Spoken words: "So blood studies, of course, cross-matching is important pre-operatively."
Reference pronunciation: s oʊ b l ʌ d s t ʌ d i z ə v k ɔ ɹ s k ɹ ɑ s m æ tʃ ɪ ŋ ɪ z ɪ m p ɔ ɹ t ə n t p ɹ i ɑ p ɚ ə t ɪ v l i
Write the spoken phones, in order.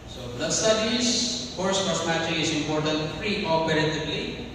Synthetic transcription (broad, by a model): s oʊ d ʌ s t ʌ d i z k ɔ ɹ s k ɑ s m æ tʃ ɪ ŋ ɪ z ɪ m p ɔ ɹ t ə n t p ɹ i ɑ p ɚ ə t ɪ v l i